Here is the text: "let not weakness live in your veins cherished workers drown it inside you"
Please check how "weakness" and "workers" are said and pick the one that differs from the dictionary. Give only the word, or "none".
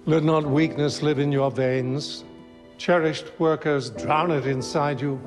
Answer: none